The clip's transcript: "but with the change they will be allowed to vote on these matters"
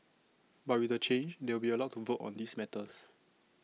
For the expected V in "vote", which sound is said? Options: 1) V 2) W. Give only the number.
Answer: 1